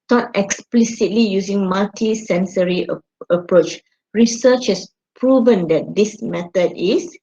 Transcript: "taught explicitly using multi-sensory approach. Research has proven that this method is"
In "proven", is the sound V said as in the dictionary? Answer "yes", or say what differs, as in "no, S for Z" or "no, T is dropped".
yes